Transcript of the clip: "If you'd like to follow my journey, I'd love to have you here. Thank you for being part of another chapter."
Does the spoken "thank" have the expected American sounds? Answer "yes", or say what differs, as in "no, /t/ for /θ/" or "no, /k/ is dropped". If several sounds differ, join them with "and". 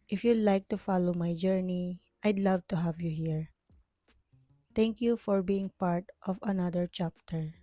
no, /t/ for /θ/